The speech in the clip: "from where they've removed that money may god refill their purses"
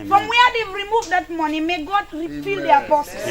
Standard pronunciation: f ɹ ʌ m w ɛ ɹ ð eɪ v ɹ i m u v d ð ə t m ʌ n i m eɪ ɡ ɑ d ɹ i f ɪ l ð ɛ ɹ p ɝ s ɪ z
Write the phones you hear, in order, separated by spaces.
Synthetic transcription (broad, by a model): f ɹ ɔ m w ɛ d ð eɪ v ɹ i m u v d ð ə t m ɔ n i m eɪ ɡ ɑ d ɹ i p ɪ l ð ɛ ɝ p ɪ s